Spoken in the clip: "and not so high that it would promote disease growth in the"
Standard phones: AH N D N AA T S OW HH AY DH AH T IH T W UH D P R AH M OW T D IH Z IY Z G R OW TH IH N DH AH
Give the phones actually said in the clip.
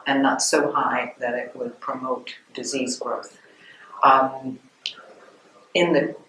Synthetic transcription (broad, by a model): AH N N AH T S OW HH AY DH AH T IH T W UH D P R AH M OW T D IH Z IY Z G R OW TH IH N DH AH